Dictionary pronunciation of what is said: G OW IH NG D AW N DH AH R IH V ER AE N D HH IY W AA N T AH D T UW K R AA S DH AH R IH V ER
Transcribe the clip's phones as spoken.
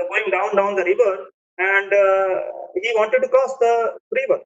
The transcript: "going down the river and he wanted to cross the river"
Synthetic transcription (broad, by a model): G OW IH NG D AW N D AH R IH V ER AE N D HH IY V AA N T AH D T UW K AA S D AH R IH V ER